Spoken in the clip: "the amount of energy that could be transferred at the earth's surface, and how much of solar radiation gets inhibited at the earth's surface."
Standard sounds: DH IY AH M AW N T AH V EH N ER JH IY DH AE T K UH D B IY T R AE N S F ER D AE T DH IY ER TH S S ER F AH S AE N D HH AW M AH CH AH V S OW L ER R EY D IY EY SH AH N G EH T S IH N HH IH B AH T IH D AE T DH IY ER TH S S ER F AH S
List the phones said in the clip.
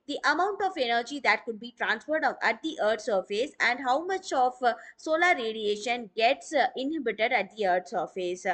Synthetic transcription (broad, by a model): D IY AH M AW N T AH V EH N ER JH IY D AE T K UH D B IY T R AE N S F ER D AE T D IY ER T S S ER F AH S AE N D HH AW M AH CH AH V S OW L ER R EY D IY EY SH AH N G EH T S IH N HH IH B AH T IH D AE T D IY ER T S S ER F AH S